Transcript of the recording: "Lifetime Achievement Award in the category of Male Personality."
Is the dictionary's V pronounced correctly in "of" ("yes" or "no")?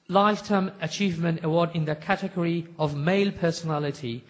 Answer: yes